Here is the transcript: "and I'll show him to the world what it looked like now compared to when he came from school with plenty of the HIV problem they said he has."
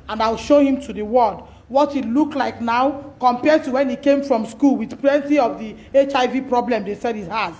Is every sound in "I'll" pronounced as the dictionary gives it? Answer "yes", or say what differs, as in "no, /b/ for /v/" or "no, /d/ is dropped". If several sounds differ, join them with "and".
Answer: yes